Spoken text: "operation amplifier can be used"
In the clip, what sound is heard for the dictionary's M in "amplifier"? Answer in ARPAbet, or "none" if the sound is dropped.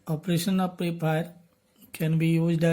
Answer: none